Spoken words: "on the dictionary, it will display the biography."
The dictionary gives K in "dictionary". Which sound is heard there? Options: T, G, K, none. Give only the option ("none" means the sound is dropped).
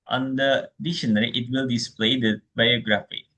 none